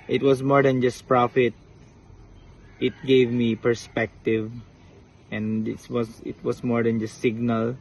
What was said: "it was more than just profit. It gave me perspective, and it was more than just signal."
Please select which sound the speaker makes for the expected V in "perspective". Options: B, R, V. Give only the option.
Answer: V